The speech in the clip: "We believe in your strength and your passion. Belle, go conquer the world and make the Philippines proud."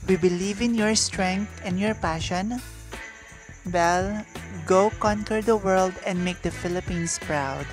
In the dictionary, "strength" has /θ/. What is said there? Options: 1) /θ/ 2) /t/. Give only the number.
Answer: 2